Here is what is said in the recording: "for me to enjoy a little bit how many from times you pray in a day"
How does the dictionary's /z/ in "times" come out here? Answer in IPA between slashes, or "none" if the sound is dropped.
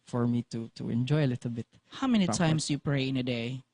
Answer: /s/